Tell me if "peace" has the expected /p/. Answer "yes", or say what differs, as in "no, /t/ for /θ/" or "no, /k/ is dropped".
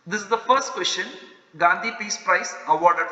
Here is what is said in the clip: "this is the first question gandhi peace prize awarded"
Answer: yes